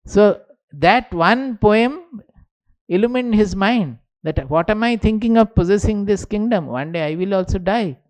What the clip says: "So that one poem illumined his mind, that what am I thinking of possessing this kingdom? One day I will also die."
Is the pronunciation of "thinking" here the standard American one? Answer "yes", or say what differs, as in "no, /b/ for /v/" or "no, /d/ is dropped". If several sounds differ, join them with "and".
no, /t/ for /θ/